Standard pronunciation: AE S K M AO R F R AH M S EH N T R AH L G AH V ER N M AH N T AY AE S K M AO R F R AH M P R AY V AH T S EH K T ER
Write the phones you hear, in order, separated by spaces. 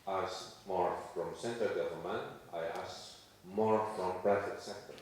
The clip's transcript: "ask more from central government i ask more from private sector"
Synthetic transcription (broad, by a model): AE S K M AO R F R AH M S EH N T AH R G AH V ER L M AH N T AY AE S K M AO R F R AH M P R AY F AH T S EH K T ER